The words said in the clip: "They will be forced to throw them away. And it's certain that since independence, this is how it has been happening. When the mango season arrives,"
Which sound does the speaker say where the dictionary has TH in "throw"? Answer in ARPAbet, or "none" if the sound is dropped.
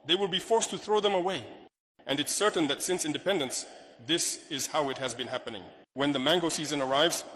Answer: TH